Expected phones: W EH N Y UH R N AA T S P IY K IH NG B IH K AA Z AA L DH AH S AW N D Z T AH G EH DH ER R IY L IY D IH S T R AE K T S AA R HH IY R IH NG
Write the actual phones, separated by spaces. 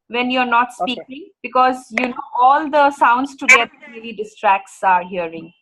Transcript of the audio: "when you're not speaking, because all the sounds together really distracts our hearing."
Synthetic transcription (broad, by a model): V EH N Y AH R N AA T S P IY K IH NG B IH K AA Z AA L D AH S AW N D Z T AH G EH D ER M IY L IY D IH S T R AE K T S AA R HH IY R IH NG